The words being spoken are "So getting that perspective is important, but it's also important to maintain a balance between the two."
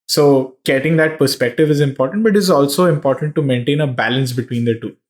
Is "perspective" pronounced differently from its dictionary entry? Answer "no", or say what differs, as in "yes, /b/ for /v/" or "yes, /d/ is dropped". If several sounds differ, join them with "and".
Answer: no